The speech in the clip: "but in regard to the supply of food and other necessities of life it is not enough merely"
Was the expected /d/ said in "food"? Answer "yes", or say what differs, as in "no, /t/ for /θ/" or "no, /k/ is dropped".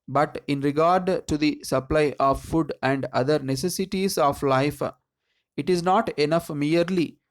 yes